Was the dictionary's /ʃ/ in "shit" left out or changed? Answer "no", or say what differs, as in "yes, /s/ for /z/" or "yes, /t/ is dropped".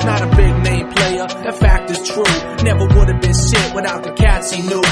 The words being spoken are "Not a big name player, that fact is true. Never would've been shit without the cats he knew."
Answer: yes, /s/ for /ʃ/